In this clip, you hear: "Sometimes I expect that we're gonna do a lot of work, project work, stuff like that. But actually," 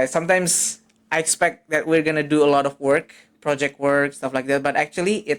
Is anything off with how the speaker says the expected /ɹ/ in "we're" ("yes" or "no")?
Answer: no